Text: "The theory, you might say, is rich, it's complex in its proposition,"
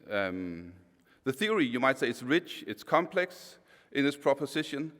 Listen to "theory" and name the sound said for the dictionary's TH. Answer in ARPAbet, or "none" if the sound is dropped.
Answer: TH